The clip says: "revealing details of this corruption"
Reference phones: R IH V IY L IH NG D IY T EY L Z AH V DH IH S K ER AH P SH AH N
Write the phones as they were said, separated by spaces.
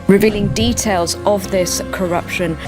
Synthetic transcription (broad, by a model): R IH V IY L IH NG D IY T EY L Z AH V DH IH S K ER AH P SH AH N